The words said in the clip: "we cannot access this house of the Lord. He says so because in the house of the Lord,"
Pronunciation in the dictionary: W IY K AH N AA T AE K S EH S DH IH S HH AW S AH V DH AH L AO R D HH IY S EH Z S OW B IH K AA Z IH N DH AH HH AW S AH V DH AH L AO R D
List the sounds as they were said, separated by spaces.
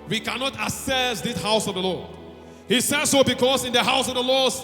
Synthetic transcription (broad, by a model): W IY K AH N AA T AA S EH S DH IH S HH AW S AH V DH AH L AO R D HH IY S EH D S OW B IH K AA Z IH N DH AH HH AW S AH V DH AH L AO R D